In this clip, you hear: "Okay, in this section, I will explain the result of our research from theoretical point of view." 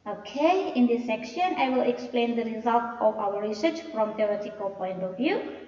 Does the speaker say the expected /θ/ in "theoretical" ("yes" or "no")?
no